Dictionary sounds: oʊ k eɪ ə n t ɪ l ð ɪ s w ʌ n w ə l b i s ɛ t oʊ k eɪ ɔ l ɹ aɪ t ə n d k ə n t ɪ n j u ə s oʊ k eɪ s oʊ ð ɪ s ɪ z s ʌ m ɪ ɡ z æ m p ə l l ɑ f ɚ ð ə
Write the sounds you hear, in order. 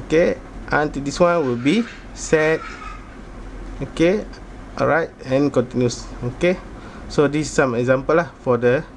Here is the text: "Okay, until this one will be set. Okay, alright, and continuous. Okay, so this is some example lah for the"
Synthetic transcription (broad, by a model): k eɪ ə n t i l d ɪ s w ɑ n w ə l b i s ɛ t oʊ k eɪ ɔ ɹ aɪ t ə n k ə n t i n j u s oʊ k eɪ s oʊ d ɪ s s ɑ m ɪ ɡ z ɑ m p ə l l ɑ f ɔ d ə